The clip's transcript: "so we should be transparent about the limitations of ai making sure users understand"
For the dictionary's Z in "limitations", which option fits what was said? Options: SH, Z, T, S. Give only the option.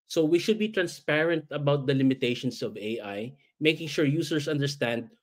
S